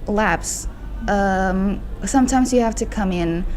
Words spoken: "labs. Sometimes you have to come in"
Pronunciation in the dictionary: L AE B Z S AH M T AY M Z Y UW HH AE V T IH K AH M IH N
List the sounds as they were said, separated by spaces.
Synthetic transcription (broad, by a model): L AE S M S AH M T AY M Z Y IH HH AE F T IH K AH M IH N